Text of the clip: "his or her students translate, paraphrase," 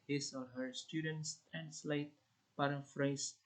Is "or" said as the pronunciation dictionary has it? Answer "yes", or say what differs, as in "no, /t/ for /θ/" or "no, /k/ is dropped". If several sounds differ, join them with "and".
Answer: no, /l/ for /ɹ/